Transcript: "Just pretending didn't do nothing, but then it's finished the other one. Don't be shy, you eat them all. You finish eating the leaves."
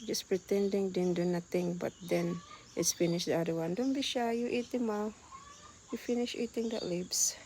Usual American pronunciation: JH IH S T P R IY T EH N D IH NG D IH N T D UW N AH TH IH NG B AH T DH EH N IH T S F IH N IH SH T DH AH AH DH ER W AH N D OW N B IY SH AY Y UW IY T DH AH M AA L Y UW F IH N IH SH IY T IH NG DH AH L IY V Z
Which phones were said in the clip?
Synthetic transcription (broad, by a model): JH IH S P R IY T EH N D IH NG D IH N D UW N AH T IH NG B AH T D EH N IH T S F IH N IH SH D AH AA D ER W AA N D OW N B IY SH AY Y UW IY T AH M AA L Y UW F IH N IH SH IY T IH NG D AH L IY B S